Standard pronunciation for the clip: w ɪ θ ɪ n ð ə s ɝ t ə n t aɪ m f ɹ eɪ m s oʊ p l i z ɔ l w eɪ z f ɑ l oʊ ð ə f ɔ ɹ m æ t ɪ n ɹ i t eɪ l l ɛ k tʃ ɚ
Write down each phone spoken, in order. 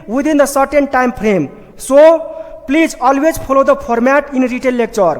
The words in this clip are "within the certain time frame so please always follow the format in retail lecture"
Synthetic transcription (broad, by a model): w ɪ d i n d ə s ɝ t ə n t aɪ m p ɹ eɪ m s oʊ p l i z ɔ l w eɪ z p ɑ l oʊ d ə p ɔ ɹ m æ t ɪ n ɹ i t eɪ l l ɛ k tʃ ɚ